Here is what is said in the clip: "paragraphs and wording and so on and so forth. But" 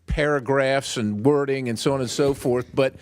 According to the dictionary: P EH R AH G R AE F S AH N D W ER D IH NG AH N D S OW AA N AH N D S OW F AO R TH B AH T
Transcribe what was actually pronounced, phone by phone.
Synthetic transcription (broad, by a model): P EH R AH G R AE F S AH N W ER D IH NG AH N S OW AA N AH N S OW F AO R TH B AH T